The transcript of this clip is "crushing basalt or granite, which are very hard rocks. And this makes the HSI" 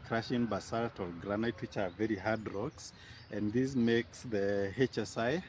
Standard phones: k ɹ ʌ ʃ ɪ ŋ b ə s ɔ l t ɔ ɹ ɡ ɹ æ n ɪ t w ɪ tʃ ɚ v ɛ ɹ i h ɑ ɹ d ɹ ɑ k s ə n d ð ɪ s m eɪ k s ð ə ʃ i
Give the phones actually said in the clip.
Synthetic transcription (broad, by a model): k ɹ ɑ ʃ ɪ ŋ b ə s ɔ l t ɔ l ɡ ɹ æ n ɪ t w ɪ tʃ ɚ v ɛ ɹ i h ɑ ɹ d ɹ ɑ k s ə n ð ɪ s m eɪ k s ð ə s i